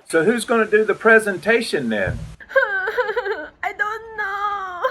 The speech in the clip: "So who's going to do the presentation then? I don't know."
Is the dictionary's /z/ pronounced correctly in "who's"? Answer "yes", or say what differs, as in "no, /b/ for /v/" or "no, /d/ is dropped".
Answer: yes